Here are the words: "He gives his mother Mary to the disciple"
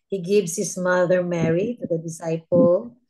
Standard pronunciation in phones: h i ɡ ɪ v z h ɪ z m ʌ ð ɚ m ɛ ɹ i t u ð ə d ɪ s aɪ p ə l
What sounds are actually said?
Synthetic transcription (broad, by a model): h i ɡ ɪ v s h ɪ s m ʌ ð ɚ m ɛ ɹ i t u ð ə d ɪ s aɪ p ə l